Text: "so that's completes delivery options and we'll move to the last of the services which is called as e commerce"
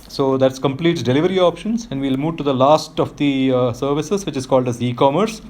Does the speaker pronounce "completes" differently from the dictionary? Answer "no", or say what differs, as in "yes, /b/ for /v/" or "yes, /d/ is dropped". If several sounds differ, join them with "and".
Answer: yes, /s/ is dropped